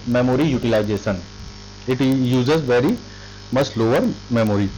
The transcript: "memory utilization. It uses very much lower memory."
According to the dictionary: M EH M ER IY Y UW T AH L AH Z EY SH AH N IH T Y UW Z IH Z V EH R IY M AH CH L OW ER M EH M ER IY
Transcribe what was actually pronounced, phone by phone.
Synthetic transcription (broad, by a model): M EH M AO IY Y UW T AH L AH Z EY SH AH N IH T Y UW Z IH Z V EH R IY M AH S L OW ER M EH M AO IY